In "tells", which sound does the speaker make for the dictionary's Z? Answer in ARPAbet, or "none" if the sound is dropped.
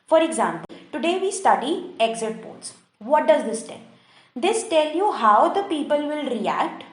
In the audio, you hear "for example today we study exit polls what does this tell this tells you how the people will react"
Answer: none